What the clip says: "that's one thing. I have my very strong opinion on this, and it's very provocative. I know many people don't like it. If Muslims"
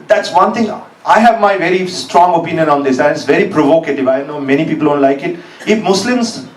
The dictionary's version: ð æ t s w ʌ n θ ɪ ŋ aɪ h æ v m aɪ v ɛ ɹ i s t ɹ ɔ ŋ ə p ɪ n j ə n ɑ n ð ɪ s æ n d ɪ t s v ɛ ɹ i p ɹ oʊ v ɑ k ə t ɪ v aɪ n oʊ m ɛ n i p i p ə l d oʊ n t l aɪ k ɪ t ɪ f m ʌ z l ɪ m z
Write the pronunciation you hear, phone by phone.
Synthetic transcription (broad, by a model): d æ t s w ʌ n t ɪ ŋ aɪ h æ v m aɪ v ɛ ɹ i s t ɹ ɔ ŋ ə p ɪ n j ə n ɑ n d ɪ s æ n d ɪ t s v ɛ ɹ i p ɹ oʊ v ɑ k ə t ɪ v aɪ n oʊ m ɛ n i p i p ə l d oʊ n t l aɪ k ɪ t ɪ f m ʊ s l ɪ m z